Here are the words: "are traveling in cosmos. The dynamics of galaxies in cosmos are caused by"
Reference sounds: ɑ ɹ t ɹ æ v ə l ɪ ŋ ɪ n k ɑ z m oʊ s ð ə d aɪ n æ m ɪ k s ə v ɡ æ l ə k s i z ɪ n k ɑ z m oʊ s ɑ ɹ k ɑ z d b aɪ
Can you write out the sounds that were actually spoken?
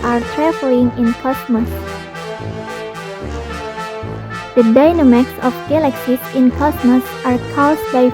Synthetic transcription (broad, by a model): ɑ ɹ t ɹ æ f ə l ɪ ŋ ɪ n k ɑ s m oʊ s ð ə d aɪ n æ m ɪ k s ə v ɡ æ l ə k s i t ɪ n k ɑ s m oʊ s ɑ ɹ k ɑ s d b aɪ